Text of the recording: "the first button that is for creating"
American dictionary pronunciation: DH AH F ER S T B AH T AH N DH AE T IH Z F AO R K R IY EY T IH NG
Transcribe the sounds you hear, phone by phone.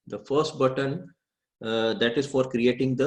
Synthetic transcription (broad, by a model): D AH F ER S T B AH T AH N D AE T IH Z F AO R K R IY EY T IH NG